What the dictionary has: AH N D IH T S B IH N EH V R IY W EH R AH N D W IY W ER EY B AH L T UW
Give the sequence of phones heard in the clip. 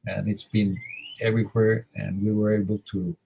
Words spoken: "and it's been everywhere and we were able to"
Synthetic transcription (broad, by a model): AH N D IH T S B IH N EH V R IY W EH R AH N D W IY W ER EY B AH L T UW